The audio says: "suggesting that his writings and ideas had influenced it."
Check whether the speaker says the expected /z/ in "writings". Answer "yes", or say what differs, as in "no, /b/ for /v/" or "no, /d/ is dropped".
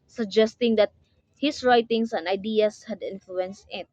no, /s/ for /z/